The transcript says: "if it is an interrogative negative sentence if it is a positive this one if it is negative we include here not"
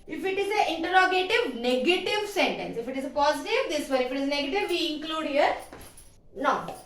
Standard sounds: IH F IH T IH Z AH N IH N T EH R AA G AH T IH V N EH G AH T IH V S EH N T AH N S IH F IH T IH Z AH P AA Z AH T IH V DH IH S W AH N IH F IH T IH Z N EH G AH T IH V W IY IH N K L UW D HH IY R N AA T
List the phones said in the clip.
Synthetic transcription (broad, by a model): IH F IH T IH Z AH IH N T EH R AA G AH T IH V N EH G AH T IH V S EH N T AH N S IH F IH T IH Z AH P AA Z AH T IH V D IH S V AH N IH F IH T IH Z N EH G AH T IH V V IY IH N K L UW D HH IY R N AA